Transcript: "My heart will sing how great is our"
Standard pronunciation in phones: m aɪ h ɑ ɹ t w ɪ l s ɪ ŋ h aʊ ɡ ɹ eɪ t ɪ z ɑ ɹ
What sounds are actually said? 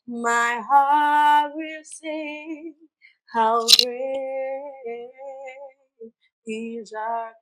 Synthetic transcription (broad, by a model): m aɪ h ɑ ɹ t w ɪ l s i h aʊ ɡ eɪ ɪ z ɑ